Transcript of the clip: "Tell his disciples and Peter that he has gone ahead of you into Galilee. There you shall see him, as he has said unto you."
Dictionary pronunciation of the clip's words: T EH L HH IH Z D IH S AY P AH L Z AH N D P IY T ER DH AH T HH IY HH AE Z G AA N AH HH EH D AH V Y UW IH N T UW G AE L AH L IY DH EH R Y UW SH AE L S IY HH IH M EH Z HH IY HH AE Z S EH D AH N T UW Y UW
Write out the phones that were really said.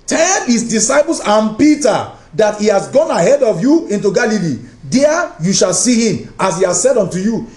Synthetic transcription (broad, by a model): T EH L HH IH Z D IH S AY P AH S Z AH N P IY T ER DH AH T HH IY HH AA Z G AA N AH HH EH D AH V Y UW IH N T UW G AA L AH L IY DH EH Y UW SH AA L S IY HH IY M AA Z HH IY HH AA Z S EH D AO N T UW Y UW